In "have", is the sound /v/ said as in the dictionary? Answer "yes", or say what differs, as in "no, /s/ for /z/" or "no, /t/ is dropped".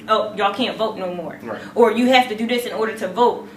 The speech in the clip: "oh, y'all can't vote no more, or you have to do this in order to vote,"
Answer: no, /f/ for /v/